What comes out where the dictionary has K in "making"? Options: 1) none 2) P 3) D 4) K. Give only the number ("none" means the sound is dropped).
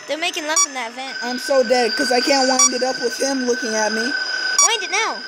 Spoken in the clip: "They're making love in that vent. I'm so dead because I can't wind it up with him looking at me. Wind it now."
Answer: 4